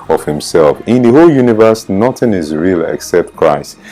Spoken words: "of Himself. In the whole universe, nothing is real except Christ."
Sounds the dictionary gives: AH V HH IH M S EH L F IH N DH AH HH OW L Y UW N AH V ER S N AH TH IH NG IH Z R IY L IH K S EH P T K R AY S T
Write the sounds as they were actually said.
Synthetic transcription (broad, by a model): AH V HH IH M S EH L F IH N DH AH HH OW L Y UW N AH V ER S N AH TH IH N IH Z R IY L IH K S EH P T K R AY S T